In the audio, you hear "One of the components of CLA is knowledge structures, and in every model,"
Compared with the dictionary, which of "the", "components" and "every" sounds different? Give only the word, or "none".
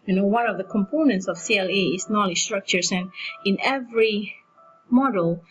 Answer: none